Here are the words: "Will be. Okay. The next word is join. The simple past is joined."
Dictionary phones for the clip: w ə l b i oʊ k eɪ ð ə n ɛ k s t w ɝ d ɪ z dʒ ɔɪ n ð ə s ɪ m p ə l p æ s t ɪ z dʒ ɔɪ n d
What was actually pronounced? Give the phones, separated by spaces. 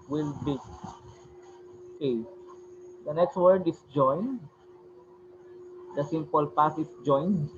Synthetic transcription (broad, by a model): w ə l b i oʊ k eɪ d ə n ɛ k s t w ɝ d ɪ s dʒ ɔɪ n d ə s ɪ m p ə l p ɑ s ɪ s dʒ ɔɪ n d